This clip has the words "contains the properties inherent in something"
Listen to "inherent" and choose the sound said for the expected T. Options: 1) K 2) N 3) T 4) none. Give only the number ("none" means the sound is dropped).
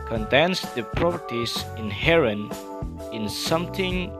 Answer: 4